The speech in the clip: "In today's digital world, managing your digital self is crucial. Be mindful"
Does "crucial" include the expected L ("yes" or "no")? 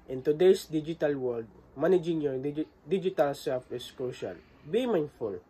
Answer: no